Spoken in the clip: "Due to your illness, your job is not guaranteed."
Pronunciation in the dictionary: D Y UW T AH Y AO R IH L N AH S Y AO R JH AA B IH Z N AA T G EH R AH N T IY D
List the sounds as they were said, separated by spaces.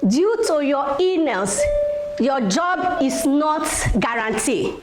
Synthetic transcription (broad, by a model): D Y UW T AH Y AO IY N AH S Y AO JH AA B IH S N AA T G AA R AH N T IY